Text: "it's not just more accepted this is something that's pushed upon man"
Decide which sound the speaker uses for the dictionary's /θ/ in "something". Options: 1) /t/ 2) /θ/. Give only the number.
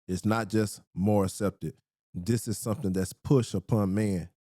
2